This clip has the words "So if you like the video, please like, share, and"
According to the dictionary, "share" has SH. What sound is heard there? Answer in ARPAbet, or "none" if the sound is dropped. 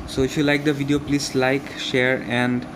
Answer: SH